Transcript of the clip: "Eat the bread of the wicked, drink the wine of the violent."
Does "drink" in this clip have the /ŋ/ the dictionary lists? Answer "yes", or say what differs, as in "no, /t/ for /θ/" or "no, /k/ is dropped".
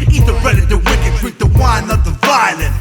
no, /ŋ/ is dropped